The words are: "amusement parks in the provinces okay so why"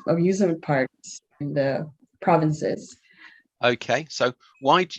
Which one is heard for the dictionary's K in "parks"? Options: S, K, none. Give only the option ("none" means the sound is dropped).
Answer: none